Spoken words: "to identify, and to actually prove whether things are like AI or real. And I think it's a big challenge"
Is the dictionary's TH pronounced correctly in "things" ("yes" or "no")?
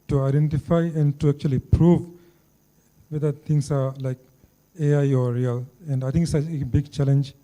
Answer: no